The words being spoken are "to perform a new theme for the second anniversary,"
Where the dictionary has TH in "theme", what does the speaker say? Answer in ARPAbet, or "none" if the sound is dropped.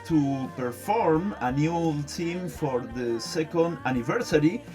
T